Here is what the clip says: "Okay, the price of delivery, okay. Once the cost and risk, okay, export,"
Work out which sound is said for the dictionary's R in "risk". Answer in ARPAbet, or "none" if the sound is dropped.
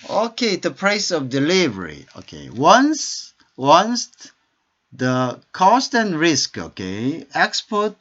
R